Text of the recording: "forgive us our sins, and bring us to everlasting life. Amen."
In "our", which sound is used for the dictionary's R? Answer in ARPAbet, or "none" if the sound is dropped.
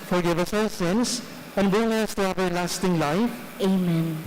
L